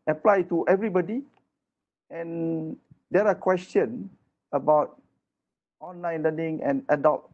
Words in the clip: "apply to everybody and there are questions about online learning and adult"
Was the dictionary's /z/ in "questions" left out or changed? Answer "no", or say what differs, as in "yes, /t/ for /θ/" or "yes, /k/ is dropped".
yes, /z/ is dropped